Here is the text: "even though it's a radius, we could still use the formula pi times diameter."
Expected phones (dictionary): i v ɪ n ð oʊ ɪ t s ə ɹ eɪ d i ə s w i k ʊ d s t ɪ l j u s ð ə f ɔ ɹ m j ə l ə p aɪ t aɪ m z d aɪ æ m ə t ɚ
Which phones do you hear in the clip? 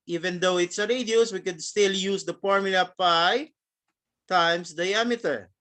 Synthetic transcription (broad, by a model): i v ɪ n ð oʊ ɪ t s ə ɹ eɪ d i ə s w i k ʊ d s t ɪ l j u s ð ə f ɔ ɹ m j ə l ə p aɪ t aɪ m s d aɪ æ m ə t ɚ